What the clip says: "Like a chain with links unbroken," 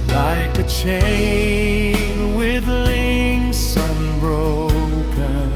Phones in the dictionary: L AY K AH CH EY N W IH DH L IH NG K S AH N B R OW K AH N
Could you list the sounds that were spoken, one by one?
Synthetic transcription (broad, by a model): L AY K AH CH EY N W IH DH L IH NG S AH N B R OW K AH N